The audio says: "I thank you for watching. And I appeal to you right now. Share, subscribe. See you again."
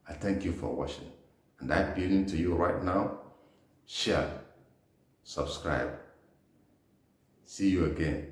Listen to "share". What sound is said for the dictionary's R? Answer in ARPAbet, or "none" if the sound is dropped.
L